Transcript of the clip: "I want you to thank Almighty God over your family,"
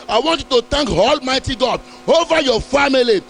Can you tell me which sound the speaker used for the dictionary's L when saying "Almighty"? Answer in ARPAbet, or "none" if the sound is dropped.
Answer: L